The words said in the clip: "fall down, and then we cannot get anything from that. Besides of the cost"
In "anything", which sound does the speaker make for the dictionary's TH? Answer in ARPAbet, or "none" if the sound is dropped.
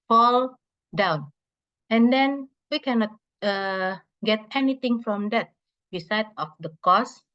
T